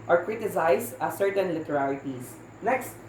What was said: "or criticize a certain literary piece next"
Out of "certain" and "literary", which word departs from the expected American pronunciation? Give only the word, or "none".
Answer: literary